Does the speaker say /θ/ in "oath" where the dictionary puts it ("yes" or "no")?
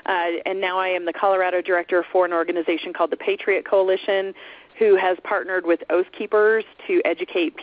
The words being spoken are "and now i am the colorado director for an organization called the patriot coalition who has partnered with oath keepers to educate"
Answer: yes